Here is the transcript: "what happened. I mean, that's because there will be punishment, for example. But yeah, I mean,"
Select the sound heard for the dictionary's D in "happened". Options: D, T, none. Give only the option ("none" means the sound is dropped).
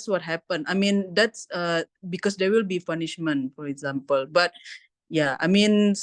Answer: none